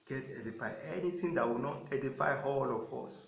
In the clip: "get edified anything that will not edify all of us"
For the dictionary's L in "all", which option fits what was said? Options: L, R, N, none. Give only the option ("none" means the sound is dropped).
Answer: L